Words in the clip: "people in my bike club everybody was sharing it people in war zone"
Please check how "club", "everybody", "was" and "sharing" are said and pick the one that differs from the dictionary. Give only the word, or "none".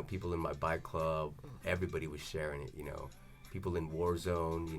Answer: none